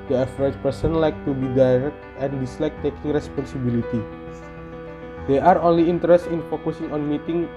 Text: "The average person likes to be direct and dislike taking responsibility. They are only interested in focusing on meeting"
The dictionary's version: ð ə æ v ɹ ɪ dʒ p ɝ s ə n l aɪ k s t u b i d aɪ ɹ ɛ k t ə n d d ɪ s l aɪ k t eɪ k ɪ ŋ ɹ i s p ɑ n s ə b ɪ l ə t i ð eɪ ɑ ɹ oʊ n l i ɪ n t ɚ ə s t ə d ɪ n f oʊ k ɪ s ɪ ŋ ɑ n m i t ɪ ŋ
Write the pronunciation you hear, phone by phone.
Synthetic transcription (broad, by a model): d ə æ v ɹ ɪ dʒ p ɝ s ə n l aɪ k t u b i d aɪ ɹ ɛ k t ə n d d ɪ s l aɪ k t eɪ k ɪ ŋ ɹ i s p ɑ n s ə b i l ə t i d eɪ ɑ ɹ oʊ n l i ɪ n t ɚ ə s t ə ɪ n f oʊ k ɪ s ɪ ŋ ɑ n m i t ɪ ŋ